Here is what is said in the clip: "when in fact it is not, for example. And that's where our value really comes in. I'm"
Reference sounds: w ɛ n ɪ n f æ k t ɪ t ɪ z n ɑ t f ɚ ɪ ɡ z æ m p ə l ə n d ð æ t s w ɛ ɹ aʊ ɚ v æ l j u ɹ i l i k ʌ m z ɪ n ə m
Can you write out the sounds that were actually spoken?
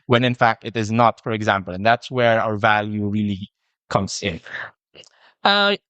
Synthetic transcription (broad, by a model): w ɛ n ɪ n f æ k t ɪ t ɪ z n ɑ t f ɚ ɪ ɡ z æ m p ə l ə n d ð æ t s w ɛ ɹ aʊ ɚ v æ l j u ɹ i l i k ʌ m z ɪ n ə